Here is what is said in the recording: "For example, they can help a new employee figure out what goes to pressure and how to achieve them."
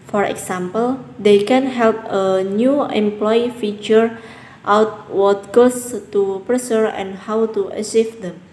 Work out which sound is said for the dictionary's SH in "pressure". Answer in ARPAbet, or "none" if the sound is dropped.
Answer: S